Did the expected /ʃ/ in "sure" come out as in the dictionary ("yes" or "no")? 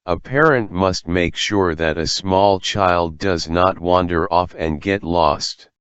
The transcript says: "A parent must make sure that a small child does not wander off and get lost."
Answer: yes